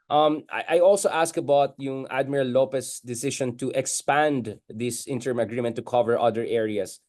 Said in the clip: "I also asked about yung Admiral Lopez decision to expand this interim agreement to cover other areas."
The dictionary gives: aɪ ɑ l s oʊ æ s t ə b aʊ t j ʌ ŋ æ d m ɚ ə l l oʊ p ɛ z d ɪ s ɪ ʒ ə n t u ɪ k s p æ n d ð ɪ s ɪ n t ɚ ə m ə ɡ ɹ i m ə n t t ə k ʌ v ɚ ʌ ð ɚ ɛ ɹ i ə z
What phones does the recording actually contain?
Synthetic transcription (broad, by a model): aɪ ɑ l s oʊ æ s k ə b aʊ t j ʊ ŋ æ d m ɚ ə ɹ l oʊ p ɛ s d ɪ s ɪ ʃ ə n t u ɪ k s p æ n d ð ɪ s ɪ n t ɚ m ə ɡ ɹ i m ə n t t ə k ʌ v ɚ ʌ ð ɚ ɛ ɹ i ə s